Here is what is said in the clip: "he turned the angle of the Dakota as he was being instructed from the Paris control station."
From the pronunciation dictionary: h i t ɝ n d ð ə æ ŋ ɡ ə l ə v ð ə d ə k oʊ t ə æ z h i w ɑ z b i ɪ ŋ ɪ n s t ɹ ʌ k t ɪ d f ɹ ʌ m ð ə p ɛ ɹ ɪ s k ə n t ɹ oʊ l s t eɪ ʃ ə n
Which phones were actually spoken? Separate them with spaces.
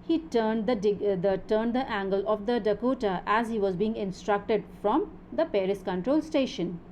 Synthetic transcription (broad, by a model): h i t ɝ n d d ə æ ŋ ɡ ə l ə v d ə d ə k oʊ t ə æ z h i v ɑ z b i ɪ ŋ ɪ n s t ɹ ʌ k t ɪ d f ɹ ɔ m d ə p ɛ ɹ ɪ s k ə n t ɹ oʊ l s t eɪ ʃ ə n